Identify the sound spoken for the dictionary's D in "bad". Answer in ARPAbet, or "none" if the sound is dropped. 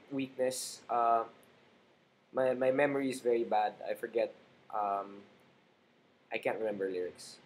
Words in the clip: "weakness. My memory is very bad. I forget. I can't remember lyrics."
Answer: D